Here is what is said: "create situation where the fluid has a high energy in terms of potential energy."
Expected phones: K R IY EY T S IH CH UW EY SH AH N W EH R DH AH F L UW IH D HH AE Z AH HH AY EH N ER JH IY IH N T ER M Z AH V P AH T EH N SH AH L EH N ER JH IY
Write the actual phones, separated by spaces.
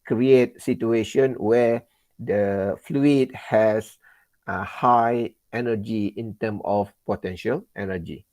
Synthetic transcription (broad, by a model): K R IY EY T S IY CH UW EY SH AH N W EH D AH F L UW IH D HH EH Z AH HH AY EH N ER JH IY IH N T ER M AH F P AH T EH N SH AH L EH N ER JH IY